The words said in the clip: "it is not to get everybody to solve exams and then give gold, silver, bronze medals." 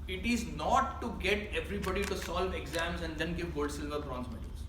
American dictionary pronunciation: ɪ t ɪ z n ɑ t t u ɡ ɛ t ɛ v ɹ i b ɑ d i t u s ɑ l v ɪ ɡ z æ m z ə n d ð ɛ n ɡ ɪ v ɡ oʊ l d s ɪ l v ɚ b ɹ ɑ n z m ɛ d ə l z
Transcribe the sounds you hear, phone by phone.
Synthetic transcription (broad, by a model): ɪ t ɪ z n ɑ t t u ɡ ɛ t ɛ v ɹ i b ɑ d i t u s ɑ l v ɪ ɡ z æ m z ə n d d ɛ n ɡ ɪ v ɡ oʊ l d s ɪ l v ɚ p ɹ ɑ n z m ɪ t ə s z